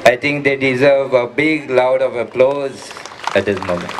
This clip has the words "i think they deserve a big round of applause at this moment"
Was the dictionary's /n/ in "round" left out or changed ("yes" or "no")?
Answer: yes